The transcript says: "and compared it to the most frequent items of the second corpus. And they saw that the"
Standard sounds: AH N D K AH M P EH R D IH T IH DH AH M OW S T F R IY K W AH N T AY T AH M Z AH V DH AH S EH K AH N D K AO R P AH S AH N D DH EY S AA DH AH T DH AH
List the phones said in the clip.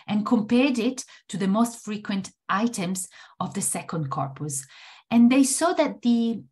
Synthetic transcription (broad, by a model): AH N K AH M P EH R D IH T IH DH AH M OW S T F R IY K W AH N T AY T AH M Z AH V DH AH S EH K AH N D K AO R P AH S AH N DH EY S AA DH AH T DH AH